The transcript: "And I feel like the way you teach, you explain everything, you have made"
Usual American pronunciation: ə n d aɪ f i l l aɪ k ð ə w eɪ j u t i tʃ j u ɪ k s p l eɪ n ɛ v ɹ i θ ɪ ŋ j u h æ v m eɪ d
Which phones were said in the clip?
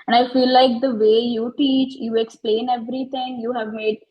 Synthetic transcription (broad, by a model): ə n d aɪ f i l l aɪ k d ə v eɪ j u t i tʃ j u ɪ k s p l eɪ n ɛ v ɹ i t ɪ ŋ j u h æ v m eɪ d